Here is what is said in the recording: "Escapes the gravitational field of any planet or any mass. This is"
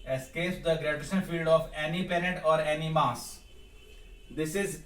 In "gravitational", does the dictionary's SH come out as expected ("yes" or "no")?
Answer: no